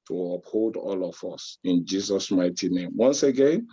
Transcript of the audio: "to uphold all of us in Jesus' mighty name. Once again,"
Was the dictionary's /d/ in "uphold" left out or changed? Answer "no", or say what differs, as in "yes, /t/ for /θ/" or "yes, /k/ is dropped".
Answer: no